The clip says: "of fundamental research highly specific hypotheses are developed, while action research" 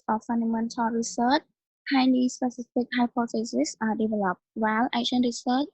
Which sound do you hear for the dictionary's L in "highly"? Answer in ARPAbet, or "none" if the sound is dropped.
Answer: N